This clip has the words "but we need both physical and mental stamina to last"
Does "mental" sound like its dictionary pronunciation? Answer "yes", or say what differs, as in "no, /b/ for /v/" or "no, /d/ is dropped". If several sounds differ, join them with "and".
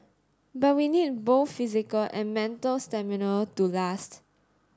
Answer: yes